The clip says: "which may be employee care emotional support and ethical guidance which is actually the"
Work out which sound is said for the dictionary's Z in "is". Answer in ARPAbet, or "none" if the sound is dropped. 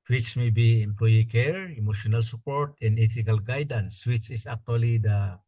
S